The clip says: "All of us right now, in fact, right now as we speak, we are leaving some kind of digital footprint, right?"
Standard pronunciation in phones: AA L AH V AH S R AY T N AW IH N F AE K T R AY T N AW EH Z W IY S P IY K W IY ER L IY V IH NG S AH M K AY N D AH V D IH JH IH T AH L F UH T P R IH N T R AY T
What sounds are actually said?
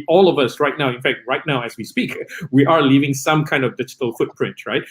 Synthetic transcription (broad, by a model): AA L AH V AH S R AY T N AW IH N F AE K T R AY T N AW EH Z W IY S P IY K W IY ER L IY V IH NG S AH M K AY N D AH V D IH JH IH T AH L F UH T P R IH N T R AY T